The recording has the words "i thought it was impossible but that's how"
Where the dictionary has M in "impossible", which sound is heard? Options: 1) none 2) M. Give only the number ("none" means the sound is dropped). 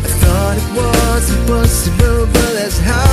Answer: 1